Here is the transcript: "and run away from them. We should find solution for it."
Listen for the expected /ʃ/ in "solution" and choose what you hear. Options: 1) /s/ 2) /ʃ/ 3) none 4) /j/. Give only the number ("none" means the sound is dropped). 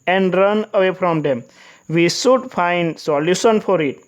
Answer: 1